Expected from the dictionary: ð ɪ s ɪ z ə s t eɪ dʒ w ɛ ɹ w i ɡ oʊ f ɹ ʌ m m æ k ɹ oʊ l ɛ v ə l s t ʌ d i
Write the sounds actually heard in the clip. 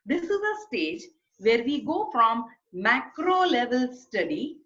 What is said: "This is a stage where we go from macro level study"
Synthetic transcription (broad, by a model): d ɪ s ɪ z ə s t eɪ dʒ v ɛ ɹ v i ɡ oʊ f ɹ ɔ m m æ k ɹ oʊ l ɛ v ə l s t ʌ d i